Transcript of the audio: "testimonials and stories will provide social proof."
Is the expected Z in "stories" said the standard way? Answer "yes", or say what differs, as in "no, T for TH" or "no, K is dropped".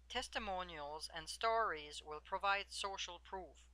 yes